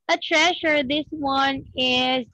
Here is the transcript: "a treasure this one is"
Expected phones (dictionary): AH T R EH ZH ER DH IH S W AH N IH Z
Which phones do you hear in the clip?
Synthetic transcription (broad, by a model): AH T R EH SH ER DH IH S W AH N IH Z